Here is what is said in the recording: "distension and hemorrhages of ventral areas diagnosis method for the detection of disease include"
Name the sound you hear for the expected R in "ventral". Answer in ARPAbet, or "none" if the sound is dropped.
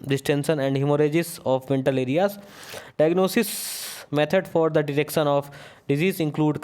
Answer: none